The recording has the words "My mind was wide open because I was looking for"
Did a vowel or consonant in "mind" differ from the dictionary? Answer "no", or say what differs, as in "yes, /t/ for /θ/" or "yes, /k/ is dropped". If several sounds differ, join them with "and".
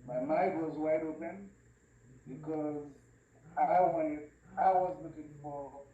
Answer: yes, /n/ is dropped